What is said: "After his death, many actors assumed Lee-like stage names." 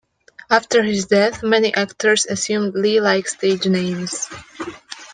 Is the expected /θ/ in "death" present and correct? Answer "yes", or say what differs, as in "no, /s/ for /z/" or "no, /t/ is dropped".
yes